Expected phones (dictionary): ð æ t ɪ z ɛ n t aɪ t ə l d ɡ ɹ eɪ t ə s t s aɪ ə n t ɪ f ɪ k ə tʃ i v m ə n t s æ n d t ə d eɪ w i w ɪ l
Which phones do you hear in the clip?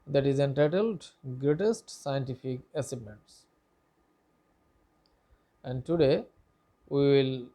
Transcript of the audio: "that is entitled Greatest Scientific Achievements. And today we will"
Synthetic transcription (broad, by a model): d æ t ɪ z ɛ n t aɪ t ə l d ɡ ɹ eɪ t ə s t s aɪ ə n t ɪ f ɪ k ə s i b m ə n t s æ n d t ə d eɪ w i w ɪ l